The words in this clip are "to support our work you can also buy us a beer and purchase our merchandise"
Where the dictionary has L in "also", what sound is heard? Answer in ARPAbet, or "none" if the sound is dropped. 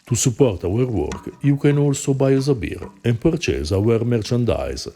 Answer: L